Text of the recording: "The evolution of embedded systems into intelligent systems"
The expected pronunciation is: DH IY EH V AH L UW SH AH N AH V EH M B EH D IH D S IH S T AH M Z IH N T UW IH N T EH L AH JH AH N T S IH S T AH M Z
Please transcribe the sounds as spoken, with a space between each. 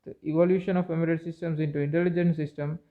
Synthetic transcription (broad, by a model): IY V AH L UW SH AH N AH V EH M IY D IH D S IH S T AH M S IH N T UW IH N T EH L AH JH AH N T S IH S T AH M